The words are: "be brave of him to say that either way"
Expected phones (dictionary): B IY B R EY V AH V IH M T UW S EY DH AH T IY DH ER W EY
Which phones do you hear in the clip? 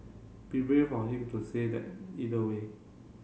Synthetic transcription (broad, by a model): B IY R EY F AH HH IH M T UW S EY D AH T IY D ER W EY